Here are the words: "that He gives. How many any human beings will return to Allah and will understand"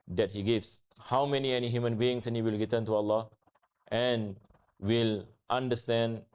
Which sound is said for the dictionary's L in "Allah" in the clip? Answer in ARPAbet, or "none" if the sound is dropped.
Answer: L